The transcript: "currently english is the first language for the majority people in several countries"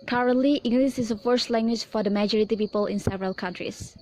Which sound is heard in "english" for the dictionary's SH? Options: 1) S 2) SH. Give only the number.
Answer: 1